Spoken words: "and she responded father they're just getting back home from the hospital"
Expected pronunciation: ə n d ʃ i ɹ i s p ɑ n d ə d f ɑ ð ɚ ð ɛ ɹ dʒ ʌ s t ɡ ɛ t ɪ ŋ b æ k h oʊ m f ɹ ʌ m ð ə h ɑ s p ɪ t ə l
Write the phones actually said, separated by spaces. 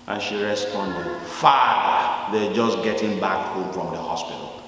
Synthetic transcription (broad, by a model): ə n ʃ i ɹ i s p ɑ n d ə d f ɑ ɚ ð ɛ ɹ dʒ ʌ s ɡ ɛ t ɪ ŋ b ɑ k h oʊ m f ɹ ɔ m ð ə h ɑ s p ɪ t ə l